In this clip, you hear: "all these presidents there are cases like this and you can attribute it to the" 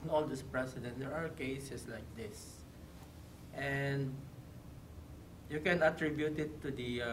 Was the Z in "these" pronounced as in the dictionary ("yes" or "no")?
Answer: no